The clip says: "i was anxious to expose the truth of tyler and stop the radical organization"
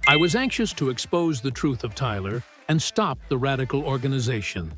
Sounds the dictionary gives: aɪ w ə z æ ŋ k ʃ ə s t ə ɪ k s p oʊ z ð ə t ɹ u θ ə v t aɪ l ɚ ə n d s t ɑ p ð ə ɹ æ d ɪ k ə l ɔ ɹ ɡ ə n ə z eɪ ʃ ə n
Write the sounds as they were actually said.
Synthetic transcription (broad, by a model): aɪ w ə z æ ŋ k ʃ ə s t ə ɪ k s p oʊ z ð ə t ɹ u θ ə v t aɪ l ɚ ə n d s t ɑ p ð ə ɹ æ d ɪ k l ɔ ɹ ɡ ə n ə z eɪ ʃ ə n